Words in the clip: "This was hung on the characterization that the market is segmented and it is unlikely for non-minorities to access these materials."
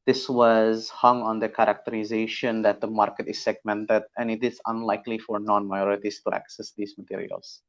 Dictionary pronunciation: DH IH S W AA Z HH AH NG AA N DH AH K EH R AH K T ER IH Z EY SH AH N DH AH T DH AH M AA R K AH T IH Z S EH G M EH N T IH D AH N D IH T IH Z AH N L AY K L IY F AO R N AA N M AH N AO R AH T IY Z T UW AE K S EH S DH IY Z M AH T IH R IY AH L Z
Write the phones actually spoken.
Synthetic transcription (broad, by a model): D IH S W AA Z HH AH NG AA N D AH K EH R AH K T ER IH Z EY SH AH N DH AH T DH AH M AA R K AH T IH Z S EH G M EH N T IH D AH N IH T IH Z AH N L AY K L IY F AO R N AA N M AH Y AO R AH T IY S T UW AE K S EH S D IY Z M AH T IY R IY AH L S